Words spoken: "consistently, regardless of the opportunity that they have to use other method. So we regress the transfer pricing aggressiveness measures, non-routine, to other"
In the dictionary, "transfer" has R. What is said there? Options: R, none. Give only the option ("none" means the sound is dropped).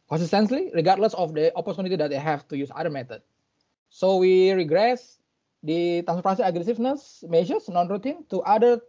none